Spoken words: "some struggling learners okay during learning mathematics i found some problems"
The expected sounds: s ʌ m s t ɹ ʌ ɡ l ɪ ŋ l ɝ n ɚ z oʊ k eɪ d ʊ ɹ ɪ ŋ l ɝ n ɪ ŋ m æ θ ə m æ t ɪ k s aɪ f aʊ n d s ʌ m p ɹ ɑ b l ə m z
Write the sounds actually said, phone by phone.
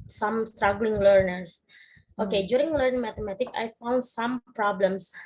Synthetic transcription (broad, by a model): s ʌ m s t ɹ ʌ ɡ l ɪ ŋ l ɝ n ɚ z oʊ k eɪ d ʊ ɹ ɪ ŋ l ɝ n ɪ ŋ m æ t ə m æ t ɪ k aɪ f aʊ n d s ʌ m p ɹ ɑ b l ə m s